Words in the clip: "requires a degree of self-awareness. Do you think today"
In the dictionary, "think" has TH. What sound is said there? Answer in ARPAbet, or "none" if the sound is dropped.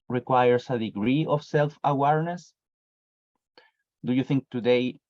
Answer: TH